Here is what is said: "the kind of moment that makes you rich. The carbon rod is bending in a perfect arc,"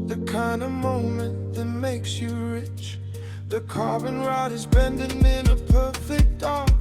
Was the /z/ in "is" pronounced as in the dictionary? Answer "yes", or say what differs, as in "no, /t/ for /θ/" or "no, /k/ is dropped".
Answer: yes